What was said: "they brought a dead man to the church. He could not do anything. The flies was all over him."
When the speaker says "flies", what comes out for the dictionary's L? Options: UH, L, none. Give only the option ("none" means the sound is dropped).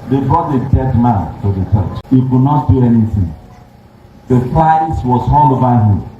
none